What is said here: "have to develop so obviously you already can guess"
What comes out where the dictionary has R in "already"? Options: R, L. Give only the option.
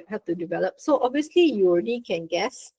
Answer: R